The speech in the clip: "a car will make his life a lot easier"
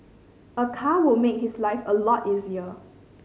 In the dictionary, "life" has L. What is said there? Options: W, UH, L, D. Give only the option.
L